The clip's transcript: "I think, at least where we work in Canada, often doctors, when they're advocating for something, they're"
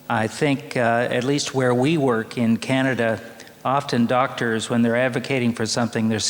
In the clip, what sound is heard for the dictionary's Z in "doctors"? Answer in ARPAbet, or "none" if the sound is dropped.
Z